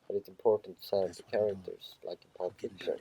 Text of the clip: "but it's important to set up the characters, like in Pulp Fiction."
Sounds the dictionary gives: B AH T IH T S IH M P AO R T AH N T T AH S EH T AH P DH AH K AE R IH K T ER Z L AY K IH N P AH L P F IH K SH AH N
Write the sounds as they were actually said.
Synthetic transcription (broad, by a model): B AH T IH T S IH M P AO R T N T S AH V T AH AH K AE R IH K T ER Z L AY K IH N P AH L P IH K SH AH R